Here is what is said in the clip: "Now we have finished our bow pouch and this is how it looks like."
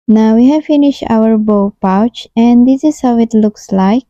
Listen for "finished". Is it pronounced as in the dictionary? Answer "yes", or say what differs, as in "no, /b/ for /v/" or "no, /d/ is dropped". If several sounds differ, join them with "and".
yes